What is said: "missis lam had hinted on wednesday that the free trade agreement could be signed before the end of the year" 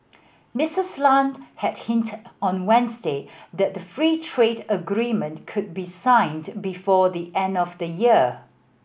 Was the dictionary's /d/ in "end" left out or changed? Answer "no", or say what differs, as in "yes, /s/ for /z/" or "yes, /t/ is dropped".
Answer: no